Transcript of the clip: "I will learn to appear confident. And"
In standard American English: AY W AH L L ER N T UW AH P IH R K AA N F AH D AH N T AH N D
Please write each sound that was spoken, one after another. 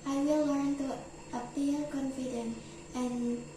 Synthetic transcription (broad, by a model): AY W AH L L ER N T UW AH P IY K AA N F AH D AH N AH N